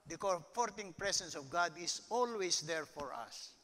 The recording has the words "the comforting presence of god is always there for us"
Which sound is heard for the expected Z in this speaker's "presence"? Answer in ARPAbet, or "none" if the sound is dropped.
S